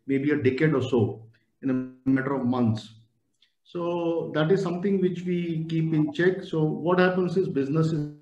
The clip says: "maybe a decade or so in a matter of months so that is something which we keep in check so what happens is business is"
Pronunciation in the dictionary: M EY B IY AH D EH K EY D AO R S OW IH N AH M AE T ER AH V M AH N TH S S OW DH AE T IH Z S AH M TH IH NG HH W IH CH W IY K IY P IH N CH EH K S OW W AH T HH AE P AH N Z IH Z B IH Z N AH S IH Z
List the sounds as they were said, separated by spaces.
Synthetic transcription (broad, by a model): M EY B IY AH D EH K EY D AO R S OW IH N AH M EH T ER AH V M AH N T S OW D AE T IH Z S AH M T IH NG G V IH CH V IY K IY P IH N CH EH K S OW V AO T HH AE P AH N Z IH Z B IH Z N AH S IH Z